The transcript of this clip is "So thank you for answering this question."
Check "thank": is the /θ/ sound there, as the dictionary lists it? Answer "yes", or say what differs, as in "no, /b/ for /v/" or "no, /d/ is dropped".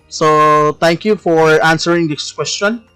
no, /t/ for /θ/